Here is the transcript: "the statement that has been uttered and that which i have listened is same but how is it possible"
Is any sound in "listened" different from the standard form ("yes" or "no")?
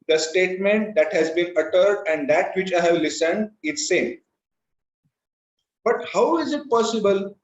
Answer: no